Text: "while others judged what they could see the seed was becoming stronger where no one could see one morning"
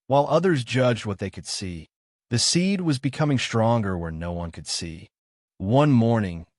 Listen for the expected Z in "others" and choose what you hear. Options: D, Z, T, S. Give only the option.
Z